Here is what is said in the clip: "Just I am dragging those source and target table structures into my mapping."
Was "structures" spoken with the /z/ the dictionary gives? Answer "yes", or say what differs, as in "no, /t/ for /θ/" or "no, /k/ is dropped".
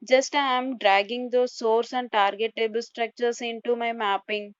no, /s/ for /z/